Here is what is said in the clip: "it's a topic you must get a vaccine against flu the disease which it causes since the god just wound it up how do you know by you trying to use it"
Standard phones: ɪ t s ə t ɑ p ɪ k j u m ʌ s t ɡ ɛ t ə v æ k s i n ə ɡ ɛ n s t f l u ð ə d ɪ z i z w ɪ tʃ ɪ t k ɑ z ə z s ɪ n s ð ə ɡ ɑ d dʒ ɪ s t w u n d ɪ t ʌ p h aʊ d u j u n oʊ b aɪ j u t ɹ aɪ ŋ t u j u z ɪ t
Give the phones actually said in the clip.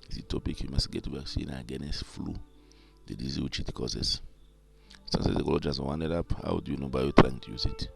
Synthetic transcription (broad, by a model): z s ə t ɑ p ɪ k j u m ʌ s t ɡ ɛ t ə b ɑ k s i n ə ɡ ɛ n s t f l u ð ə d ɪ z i w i tʃ ɪ t k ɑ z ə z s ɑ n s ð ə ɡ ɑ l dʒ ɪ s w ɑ n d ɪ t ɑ p h aʊ d u j u n oʊ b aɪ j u t ɹ aɪ ŋ t u j u z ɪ t